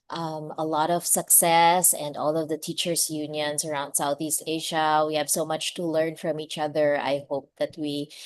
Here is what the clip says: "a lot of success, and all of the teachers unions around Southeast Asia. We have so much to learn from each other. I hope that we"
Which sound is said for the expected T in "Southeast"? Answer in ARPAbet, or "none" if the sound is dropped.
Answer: T